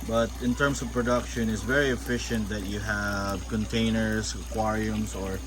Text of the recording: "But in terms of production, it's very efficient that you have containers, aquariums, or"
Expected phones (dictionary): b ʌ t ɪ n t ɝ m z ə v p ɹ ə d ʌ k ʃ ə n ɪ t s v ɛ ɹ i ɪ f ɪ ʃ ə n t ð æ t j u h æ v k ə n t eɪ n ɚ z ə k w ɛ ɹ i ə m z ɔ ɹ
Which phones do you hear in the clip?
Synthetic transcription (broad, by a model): b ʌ t ɪ n t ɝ m s ə v p ɹ ə d ʌ k ʃ ə n ɪ t s v ɛ ɹ i ɪ f ɪ ʃ ə n t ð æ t j u h æ v k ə n t eɪ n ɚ s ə k w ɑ ɹ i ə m s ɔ ɹ